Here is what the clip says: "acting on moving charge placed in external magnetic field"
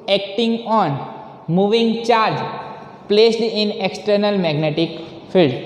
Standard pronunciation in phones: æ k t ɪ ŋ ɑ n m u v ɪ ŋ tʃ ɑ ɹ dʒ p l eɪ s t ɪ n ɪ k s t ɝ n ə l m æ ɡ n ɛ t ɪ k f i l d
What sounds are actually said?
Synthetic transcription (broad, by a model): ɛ k t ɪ ŋ ɑ n m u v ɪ ŋ tʃ ɑ ɹ dʒ p l eɪ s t ɪ n ɪ k s t ɝ n ə l m æ ɡ n ɛ t ɪ k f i l d